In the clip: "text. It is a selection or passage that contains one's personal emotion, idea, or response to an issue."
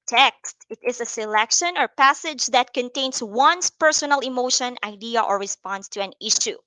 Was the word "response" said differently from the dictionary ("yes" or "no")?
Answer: no